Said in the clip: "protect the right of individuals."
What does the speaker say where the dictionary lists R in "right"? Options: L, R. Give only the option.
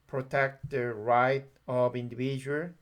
R